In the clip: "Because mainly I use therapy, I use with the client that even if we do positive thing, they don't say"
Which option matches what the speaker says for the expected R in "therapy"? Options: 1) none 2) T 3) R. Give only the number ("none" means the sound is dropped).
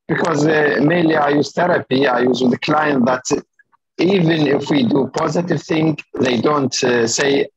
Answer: 3